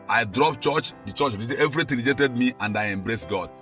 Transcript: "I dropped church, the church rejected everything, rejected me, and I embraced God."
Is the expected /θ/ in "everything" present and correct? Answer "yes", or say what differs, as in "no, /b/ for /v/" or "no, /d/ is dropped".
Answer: no, /t/ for /θ/